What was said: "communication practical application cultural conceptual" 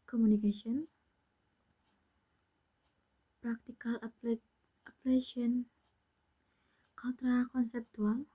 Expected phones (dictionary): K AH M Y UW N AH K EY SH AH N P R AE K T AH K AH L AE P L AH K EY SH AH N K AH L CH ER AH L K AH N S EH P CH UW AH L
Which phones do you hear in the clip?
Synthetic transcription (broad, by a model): K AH M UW N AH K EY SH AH N P R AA K T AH K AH L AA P L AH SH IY AH N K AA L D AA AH K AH N S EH P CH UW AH L